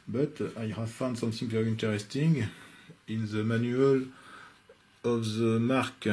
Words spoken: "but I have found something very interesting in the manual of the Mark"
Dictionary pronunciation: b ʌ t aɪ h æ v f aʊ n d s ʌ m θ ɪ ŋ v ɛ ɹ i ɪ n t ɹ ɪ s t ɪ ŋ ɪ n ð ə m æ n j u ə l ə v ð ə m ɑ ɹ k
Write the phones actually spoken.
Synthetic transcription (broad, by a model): b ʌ t aɪ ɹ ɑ f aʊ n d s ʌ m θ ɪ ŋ p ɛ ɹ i n t ɹ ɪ s t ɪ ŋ ɪ n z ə m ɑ n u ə l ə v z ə m ɑ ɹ k